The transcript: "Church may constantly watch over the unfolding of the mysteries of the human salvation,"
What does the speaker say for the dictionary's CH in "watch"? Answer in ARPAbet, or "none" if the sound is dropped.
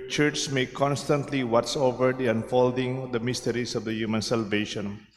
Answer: S